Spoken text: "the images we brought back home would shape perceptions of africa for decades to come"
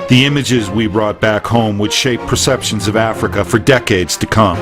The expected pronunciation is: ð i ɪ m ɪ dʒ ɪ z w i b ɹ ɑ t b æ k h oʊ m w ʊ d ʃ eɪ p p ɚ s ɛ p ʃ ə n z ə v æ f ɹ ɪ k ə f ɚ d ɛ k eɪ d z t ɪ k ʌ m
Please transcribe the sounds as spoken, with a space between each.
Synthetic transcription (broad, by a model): ð i ɪ m ɪ dʒ ɪ z w i b ɹ ɑ t b æ k h oʊ m w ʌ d ʃ eɪ p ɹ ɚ s ɛ p ʃ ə n z ə v æ f ɹ ɪ k ə f ɚ d ɛ k eɪ d z t ɪ k ʌ m